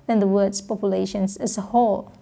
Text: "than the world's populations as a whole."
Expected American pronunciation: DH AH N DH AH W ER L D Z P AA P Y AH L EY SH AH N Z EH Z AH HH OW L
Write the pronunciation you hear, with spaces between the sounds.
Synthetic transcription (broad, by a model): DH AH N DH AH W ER D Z P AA P Y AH L EY SH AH N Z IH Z AH HH OW L